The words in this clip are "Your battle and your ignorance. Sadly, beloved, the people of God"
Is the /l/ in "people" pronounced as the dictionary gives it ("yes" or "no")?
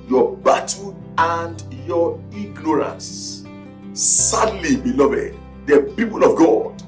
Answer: yes